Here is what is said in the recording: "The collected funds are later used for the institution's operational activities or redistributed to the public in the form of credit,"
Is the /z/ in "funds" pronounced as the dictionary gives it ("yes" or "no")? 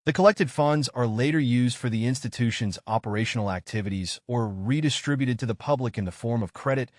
yes